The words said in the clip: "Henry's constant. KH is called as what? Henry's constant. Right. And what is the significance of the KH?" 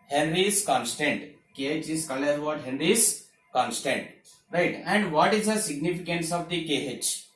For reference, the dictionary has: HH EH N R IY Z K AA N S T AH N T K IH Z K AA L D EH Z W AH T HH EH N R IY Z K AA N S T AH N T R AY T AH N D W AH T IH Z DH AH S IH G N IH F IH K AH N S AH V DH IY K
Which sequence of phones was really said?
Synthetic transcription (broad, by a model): HH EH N R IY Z K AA N S T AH N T K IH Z K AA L EH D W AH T HH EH N R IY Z K AA N S T AH N T R AY T AH N D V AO T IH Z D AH S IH G N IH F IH K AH N S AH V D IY K